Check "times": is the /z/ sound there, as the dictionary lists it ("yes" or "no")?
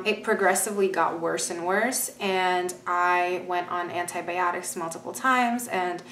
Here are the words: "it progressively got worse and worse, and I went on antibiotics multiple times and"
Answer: yes